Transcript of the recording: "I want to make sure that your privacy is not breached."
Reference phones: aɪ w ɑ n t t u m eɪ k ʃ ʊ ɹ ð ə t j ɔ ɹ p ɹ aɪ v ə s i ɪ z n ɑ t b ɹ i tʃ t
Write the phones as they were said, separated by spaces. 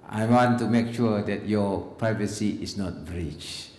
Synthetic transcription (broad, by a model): aɪ w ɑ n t t u m eɪ k ʃ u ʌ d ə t j ɔ p ɹ aɪ v ə s i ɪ s n ɑ t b ɹ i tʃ